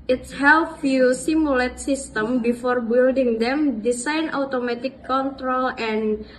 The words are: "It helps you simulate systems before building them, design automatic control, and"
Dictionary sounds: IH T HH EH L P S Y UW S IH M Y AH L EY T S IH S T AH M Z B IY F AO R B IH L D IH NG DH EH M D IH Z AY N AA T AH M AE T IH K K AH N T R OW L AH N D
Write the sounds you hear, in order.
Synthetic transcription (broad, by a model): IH T HH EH L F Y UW S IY M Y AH L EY T S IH S T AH M B IY F AO R B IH L D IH NG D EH M D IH S AY N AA T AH M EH T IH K K AH N T R OW L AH N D